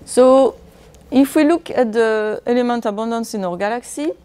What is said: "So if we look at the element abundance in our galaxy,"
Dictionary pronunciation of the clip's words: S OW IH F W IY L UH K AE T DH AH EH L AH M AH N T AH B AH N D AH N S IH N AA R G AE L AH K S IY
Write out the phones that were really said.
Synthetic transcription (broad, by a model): S OW IH F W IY L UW K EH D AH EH L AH M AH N T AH B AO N D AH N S IH N AA R G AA L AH K S IY